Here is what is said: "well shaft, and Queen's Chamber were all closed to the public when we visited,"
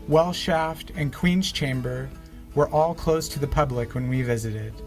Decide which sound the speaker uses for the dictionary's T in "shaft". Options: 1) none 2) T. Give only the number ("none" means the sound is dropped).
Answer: 2